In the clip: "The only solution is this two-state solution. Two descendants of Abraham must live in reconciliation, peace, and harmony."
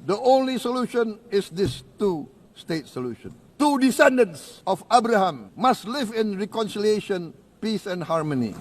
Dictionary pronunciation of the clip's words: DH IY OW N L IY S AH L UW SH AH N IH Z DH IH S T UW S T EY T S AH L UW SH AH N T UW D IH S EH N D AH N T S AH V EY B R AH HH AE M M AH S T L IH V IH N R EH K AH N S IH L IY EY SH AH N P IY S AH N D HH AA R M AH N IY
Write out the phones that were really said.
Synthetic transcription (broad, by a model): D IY OW N L IY S AH L UW SH AH N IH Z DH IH S T UW S T EY T S AH L UW SH AH N T UW D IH S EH N D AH N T S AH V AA B R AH HH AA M M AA S T L IH V IH N R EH K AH N S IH L IY EY SH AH N P IY S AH N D HH AA R M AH N IY